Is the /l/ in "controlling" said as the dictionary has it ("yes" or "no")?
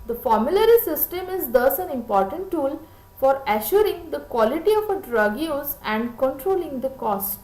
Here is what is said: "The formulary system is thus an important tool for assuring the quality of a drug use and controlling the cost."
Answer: yes